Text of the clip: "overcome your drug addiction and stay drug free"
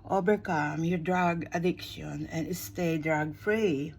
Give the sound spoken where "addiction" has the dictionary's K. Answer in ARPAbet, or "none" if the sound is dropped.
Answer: K